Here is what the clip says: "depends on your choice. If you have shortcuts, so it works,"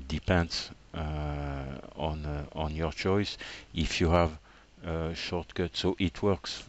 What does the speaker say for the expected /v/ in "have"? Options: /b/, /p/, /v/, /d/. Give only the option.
/v/